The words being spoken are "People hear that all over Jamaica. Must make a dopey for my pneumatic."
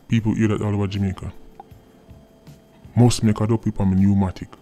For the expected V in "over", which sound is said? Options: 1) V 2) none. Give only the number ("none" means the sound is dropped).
2